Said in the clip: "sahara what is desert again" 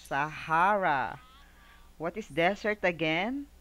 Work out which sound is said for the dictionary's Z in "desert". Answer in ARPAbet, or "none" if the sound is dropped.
S